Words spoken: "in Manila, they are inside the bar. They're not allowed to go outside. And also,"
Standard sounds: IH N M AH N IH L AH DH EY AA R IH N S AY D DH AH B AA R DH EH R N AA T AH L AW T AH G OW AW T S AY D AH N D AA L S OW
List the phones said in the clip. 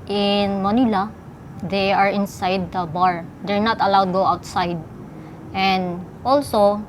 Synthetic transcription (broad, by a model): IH N M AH N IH L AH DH EY AA R IH N S AY D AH B AA R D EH R N AA T AH L AW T G OW AW T S AY D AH N D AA L S OW